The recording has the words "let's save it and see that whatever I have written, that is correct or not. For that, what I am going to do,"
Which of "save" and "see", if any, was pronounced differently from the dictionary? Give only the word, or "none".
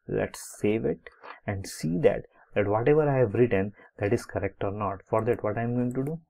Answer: none